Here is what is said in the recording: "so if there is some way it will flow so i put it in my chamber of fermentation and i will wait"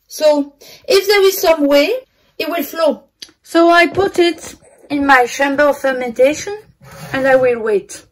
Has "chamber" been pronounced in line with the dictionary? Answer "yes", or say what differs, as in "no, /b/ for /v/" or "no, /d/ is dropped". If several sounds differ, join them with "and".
no, /ʃ/ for /tʃ/